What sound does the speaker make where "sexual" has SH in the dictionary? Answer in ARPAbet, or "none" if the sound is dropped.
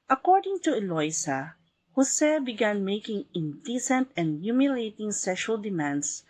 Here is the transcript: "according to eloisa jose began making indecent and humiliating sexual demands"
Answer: SH